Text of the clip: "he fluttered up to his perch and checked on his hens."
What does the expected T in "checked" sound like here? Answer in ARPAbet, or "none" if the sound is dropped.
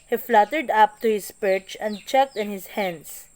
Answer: T